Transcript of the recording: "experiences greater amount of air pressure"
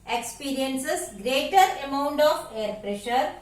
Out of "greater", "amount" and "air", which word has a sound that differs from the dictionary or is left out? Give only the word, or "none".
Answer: none